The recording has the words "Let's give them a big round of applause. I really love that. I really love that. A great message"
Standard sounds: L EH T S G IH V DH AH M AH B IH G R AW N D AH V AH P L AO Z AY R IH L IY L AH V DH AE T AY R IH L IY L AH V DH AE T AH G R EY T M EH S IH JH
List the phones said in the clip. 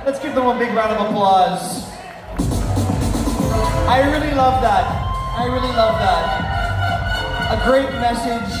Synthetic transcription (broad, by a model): L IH T S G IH P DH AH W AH B IH G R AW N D AH V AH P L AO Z AY R IH L IY L AH V DH AE T AY R IH L IY L AH V DH AE T AH G R EY T M EH S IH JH